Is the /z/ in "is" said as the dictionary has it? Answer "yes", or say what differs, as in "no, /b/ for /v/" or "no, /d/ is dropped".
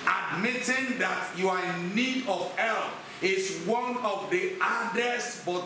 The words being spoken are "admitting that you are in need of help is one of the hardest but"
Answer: no, /s/ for /z/